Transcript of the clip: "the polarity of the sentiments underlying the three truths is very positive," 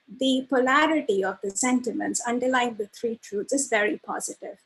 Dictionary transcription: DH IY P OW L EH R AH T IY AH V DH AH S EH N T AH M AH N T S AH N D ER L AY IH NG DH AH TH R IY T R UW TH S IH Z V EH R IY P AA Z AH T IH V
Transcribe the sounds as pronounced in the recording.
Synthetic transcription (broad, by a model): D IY P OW L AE R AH T IY AH V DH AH S EH N T AH M AH N T S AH N D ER L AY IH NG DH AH T R IY T R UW T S IH Z V EH R IY P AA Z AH T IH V